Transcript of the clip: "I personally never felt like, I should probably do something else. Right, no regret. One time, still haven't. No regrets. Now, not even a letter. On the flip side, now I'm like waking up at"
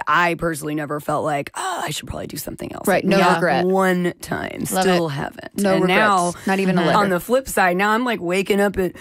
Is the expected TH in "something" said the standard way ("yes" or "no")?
yes